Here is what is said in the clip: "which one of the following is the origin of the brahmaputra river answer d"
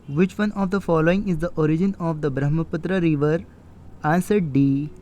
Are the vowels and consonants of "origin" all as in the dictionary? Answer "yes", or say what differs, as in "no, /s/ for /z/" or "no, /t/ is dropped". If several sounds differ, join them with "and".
yes